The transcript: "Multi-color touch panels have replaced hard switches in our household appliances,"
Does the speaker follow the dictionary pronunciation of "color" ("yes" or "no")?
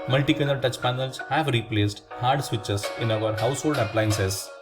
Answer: no